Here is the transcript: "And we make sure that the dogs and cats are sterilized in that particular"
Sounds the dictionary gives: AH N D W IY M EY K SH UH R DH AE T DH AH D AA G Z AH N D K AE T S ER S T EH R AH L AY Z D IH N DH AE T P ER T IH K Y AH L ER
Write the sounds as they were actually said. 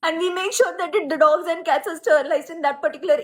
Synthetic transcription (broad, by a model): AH N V IY M EY K SH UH R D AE T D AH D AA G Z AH N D K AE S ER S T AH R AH L AY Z IH N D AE T P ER T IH K Y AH L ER